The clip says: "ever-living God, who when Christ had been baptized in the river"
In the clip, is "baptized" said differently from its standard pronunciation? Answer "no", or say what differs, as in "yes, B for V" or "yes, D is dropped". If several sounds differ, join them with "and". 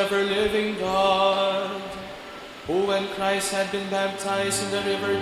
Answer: no